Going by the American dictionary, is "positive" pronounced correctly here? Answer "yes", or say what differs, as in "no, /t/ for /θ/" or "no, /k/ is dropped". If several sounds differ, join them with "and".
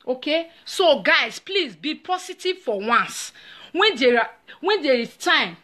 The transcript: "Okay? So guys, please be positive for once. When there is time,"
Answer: no, /s/ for /z/